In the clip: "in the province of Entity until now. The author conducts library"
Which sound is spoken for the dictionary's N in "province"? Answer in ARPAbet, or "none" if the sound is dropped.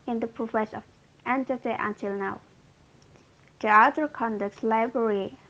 none